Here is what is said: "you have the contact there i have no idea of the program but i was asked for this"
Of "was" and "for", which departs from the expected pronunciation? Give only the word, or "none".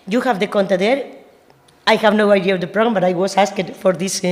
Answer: was